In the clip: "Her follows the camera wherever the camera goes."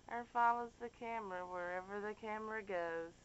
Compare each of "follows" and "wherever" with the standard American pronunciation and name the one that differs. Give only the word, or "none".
none